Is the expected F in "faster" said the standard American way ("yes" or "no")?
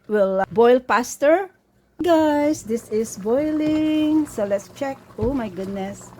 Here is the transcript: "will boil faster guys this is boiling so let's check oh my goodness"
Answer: no